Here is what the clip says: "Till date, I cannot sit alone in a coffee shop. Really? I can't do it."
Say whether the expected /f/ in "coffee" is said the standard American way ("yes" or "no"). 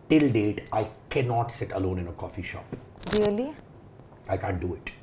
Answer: yes